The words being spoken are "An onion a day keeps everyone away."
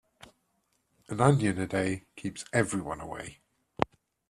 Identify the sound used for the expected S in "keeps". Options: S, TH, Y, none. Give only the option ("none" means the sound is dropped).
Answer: S